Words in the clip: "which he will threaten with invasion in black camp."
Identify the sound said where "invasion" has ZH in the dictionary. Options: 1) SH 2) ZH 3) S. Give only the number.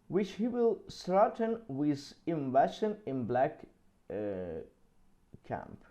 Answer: 1